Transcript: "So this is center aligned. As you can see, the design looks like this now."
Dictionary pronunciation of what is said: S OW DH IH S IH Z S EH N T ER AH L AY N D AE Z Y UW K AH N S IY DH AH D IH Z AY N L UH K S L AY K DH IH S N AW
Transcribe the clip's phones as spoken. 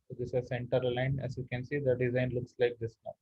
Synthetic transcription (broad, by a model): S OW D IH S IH S EH N T ER L AY N AE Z Y UW K AH N S IY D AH D IH Z AY N L UH K S L AY K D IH S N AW